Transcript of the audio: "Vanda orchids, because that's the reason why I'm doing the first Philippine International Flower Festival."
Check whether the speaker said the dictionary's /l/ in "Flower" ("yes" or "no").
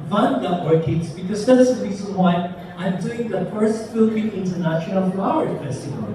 no